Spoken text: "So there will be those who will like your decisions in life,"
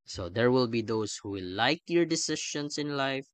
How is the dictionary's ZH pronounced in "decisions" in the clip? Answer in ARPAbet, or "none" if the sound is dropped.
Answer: SH